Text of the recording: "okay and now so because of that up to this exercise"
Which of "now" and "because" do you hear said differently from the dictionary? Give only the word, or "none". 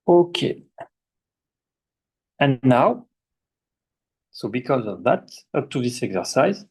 none